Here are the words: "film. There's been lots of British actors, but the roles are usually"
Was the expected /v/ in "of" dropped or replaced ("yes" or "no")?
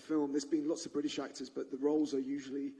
no